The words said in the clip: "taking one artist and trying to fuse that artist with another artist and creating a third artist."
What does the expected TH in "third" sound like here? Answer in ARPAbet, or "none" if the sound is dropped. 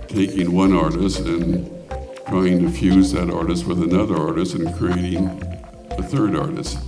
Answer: TH